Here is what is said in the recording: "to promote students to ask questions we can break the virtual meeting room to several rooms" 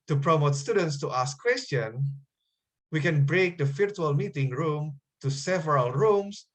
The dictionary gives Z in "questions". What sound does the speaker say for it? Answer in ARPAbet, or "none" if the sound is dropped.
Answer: none